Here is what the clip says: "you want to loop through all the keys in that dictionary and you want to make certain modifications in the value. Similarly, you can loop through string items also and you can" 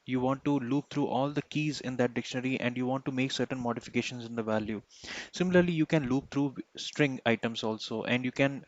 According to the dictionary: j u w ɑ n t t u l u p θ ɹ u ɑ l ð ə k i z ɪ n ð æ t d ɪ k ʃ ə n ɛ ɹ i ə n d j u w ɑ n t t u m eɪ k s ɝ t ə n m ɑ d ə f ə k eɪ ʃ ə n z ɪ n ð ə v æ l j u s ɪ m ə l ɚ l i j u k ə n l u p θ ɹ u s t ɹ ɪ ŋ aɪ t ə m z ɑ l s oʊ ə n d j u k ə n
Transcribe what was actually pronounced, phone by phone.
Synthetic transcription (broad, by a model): j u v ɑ n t t u l u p t ɹ u ɑ l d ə k i z ɪ n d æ t d ɪ k ʃ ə n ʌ ɹ i ə n d j u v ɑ n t t u m eɪ k s ɝ t ə n m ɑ d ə f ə k eɪ ʃ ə n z ɪ n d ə v æ l j u s ɪ m ə l ɚ l i j u k ə n l u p t ɹ u s t ɹ ɪ ŋ aɪ t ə m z ɑ l s oʊ ə n d j u k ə n